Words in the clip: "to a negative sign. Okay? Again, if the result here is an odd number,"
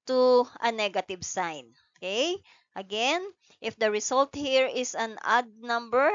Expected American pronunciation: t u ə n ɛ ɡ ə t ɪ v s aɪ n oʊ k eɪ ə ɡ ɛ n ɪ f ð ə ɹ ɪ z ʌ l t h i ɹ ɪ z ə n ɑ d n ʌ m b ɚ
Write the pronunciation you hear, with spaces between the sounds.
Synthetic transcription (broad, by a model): t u ə n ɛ ɡ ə t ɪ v s aɪ n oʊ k eɪ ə ɡ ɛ n ɪ f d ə ɹ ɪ s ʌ l t h i ɹ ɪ s ə n ɑ d n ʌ m b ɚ